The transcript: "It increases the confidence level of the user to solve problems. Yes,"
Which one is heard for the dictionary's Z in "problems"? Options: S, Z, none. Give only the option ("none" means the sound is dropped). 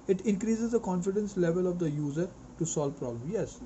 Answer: none